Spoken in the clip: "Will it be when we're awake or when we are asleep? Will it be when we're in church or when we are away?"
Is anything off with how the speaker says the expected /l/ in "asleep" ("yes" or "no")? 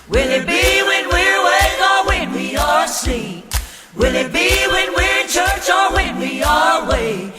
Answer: yes